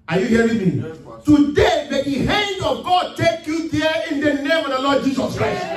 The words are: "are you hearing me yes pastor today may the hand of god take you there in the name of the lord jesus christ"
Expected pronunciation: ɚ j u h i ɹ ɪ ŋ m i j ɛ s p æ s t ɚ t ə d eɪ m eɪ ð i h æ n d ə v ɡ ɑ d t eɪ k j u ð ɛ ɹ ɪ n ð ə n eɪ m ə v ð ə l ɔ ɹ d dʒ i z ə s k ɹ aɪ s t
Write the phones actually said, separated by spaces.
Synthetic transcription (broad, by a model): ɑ j u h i w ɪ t m i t t ə d eɪ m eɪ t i h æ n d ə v ɡ ɑ d t eɪ k j u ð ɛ ɪ n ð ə n eɪ m ə v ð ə l ɔ d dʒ i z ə s k ɹ aɪ s t